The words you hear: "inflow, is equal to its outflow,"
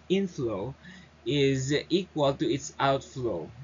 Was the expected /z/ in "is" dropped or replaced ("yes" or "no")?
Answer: no